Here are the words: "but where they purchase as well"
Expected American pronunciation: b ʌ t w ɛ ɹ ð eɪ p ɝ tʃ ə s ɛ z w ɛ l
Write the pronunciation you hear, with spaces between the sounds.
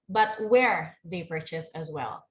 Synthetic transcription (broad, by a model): b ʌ t w ɛ ɹ ð eɪ p ɝ tʃ ə s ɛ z w ɛ l